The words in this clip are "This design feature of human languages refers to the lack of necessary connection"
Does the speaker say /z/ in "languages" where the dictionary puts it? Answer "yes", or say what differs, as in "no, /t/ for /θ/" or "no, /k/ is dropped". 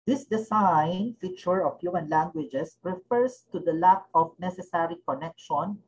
no, /s/ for /z/